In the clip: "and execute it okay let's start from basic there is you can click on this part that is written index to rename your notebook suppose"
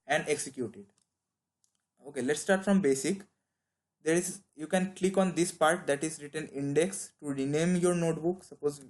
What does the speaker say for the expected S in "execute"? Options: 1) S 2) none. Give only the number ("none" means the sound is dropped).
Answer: 1